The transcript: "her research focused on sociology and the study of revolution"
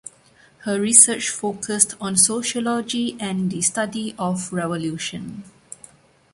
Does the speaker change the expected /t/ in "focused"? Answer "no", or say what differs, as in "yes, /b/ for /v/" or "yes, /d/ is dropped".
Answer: no